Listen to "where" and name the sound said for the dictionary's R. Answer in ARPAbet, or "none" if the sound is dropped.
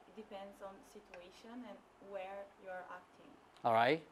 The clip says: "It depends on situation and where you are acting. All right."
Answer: R